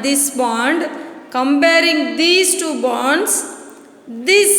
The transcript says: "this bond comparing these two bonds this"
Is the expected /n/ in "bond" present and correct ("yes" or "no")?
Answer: yes